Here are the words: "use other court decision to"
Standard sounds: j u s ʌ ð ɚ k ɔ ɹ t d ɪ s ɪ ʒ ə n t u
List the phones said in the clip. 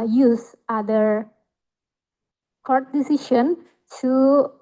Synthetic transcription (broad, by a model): j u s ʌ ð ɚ k ɔ ɹ t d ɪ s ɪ ʃ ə n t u